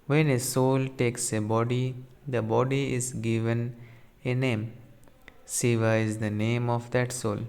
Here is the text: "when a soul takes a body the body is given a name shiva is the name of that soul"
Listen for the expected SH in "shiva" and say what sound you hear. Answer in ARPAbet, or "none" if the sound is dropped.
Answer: S